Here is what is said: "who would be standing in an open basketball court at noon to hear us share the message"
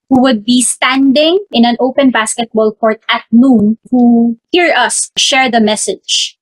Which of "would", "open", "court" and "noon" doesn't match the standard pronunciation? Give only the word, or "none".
none